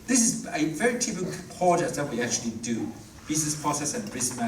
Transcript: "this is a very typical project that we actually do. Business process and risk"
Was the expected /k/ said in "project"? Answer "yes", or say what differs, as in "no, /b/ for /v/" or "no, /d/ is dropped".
no, /k/ is dropped